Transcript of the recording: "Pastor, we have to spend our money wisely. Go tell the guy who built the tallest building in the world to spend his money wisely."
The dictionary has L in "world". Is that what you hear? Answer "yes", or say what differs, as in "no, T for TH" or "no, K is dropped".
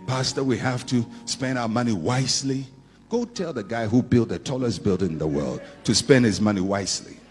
yes